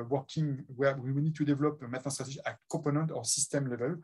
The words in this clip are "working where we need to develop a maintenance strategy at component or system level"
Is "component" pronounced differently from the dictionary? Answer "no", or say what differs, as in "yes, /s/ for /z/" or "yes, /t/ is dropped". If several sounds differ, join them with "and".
yes, /m/ is dropped